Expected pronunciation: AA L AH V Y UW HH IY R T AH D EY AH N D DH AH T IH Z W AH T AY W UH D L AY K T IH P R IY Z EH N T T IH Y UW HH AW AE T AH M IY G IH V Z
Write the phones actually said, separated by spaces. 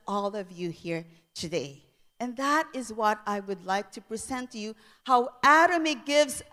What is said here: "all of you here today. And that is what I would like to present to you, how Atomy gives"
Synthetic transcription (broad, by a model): AA L AH V Y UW HH IY R T AH D EY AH N DH AH T IH Z W AH T AY W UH D L AY K T IH P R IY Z EH N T T IH Y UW HH AW AE T AH M IY G IH V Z